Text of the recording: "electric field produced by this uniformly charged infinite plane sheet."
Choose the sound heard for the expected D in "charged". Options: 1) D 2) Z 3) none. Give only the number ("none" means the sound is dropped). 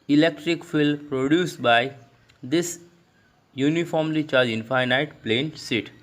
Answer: 3